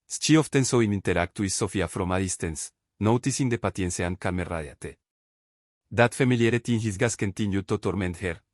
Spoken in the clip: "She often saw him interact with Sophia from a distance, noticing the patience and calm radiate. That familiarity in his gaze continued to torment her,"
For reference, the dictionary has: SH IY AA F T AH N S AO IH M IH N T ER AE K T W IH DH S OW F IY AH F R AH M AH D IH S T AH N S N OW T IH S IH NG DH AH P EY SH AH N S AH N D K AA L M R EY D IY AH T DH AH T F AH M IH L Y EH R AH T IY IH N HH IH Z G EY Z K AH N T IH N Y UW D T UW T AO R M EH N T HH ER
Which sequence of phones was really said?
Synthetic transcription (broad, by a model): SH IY AA F T AH N S AO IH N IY N T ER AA K T W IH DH S OW F IY AH F R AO M AH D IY S T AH N S N OW T IH S IH NG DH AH P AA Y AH N S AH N K AA L M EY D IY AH T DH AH T F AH M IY L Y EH R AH T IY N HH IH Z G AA S K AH N T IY N Y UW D T UW T AO R M EH N T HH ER